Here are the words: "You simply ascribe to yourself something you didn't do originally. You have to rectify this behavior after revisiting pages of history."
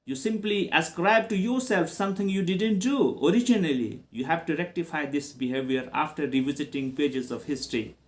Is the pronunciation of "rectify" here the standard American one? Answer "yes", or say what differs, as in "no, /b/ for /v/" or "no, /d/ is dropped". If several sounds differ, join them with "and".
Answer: yes